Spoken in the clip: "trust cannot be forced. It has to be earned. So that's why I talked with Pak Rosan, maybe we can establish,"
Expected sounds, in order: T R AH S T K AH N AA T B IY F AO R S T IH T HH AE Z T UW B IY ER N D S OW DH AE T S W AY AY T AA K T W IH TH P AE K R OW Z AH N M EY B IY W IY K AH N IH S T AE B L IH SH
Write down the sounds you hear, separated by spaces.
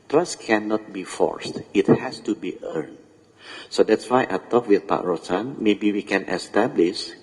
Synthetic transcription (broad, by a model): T R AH S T K AH N AA T B IY F AO R S T IH T HH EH S T UW B IY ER N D S OW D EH T S W AY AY T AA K W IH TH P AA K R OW S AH N M EY B IY W IY K AH N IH S T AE B L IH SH